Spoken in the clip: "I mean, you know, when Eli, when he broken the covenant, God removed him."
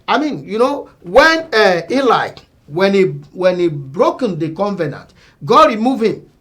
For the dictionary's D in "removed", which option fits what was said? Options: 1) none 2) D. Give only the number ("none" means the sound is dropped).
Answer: 1